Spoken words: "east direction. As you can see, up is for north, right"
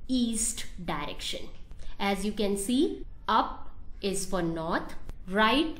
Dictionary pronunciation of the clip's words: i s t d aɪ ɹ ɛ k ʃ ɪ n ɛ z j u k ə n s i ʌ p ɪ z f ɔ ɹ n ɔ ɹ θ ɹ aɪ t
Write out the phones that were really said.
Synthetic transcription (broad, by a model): i s t d aɪ ɹ ɛ k ʃ ɪ n ɛ z j u k ə n s i ʌ p ɪ z f ɔ ɹ n ɔ ɹ t ɹ aɪ t